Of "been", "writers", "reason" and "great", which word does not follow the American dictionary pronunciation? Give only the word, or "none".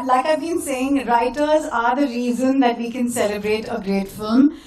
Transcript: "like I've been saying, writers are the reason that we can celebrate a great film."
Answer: none